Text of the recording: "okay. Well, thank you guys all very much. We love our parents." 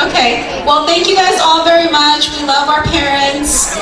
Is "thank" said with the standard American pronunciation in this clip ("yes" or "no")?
yes